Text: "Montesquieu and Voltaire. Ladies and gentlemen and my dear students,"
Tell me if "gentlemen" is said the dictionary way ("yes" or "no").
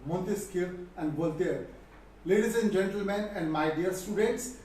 yes